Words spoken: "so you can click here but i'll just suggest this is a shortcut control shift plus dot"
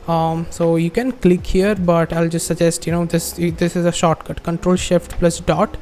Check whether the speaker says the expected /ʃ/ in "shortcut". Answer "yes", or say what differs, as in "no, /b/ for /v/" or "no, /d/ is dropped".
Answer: yes